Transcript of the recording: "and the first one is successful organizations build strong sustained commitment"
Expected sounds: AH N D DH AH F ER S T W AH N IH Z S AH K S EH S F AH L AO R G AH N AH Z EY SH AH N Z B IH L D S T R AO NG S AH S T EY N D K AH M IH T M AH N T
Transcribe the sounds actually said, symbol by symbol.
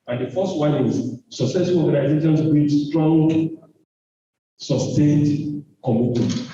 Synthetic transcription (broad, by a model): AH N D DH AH F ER S T W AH N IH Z S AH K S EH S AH N AO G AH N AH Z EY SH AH N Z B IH D S T R AO NG S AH S T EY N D K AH M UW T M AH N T